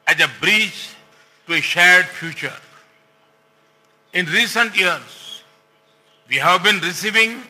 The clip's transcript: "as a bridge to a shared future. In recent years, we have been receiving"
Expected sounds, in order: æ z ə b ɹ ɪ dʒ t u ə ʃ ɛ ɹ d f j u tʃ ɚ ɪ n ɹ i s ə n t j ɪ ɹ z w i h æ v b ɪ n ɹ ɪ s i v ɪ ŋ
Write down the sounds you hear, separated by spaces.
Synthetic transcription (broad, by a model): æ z ə b ɹ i tʃ t u ə ʃ ɛ ɹ d f j u tʃ ɚ ɪ n ɹ i s ə n t j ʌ ɹ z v i h æ v b ɪ n ɹ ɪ s i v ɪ ŋ